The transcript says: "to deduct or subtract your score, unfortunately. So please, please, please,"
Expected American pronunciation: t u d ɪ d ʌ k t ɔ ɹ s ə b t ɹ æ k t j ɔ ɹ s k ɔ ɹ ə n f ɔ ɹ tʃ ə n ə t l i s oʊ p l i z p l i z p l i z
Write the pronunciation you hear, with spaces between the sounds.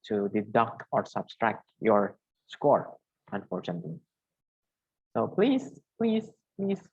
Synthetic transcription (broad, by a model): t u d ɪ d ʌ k ɔ ɹ s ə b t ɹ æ k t j ɔ ɹ s k ɔ ɹ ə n f ɔ ɹ tʃ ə n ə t l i s oʊ p l i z p l i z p l i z